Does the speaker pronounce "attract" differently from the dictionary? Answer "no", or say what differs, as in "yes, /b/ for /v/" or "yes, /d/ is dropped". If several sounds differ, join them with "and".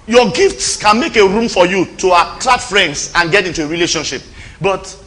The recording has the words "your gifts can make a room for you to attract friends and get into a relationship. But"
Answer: yes, /k/ is dropped